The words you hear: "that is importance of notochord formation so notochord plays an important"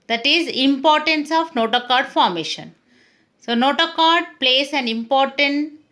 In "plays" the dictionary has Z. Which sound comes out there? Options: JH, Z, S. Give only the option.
S